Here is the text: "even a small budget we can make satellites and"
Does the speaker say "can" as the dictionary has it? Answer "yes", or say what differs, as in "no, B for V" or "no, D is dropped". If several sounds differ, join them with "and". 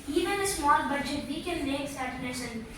no, L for N